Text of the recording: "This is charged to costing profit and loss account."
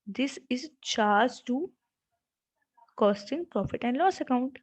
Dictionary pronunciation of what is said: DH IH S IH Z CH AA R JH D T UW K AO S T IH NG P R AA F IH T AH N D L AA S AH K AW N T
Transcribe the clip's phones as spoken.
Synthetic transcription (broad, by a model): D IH S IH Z CH AA R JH T UW K AO S T IH NG P R AA F IH T AH N D L AA S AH K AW N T